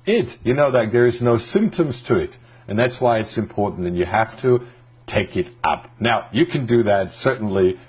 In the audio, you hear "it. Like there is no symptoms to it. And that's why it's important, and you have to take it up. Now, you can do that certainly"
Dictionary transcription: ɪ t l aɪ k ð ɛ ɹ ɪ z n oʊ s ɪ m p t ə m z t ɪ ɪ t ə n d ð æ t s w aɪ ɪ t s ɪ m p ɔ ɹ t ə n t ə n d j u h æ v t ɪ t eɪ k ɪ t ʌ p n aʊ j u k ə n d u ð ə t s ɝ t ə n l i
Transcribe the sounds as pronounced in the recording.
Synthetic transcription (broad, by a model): ɪ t n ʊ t ð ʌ ɹ ɪ z n oʊ s ɪ m p t ə m z t ɪ ɪ t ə n ð æ t s w aɪ ɪ t s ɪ m p ɔ ɹ t n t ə n j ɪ h æ f t ɪ t eɪ k ɪ t ʌ p n aʊ j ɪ k ə n d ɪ ð ə t s ɝ t n l i